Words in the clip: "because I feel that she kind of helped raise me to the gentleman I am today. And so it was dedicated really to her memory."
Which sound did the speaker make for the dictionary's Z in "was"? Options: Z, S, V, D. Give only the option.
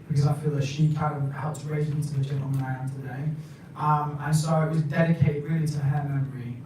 Z